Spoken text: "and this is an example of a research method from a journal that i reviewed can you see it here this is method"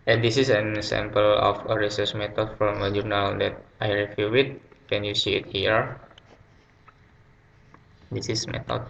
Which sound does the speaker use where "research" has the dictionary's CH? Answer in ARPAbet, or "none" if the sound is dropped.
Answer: S